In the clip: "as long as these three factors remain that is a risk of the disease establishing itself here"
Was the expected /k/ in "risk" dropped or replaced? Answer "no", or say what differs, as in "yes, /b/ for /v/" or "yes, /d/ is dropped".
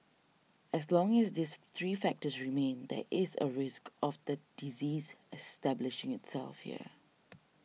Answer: no